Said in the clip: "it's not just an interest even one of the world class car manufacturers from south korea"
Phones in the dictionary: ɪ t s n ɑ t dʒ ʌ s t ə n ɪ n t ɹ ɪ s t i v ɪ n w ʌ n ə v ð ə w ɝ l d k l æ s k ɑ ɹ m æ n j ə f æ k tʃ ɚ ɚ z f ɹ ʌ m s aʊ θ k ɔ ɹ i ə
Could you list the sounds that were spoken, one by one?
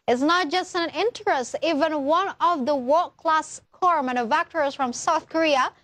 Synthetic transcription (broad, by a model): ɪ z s n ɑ t dʒ ʌ s t ə n ɪ n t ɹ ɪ s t i v ɪ n w ʌ n ə v ð ə w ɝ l k l æ s k ɑ ɹ m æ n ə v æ k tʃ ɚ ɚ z f ɹ ʌ m s aʊ θ k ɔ ɹ i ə